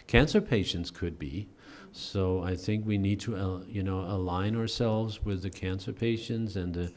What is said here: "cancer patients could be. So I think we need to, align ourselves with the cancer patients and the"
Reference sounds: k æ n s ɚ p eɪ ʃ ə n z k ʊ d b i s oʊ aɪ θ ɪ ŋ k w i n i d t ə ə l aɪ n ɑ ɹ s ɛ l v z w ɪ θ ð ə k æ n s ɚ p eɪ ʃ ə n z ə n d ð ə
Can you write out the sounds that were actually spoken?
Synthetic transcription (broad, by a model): k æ n s ɚ p eɪ ʃ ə n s k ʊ d b i s oʊ aɪ θ ɪ ŋ k w i n i d t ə ə l aɪ n ɑ ɹ s ɛ l v z w ɪ ð ə k æ n s ɚ p eɪ ʃ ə n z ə n ð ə